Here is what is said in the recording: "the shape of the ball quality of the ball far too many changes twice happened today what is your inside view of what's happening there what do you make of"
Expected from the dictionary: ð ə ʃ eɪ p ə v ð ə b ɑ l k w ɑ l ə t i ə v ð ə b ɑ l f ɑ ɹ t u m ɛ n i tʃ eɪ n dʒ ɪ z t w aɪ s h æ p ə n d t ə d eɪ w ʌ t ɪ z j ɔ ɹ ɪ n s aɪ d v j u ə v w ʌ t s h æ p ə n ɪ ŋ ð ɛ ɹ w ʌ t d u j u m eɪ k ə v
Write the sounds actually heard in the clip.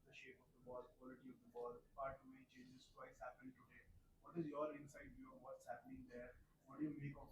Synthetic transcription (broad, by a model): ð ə ʃ eɪ p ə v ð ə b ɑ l k w ɑ l ə t i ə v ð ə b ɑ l p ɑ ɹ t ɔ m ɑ i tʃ eɪ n dʒ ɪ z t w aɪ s h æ p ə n t ə d eɪ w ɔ t ɪ z j ɔ ɹ ɪ n s aɪ d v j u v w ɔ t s h æ p ə n ɪ ŋ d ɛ ɹ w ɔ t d j u m eɪ k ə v